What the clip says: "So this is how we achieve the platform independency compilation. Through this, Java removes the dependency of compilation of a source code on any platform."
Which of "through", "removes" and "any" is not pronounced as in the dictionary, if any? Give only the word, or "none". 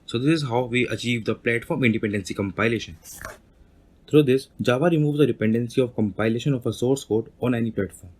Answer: through